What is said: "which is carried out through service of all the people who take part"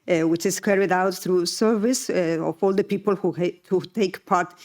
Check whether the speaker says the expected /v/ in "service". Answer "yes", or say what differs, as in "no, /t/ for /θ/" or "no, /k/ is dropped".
yes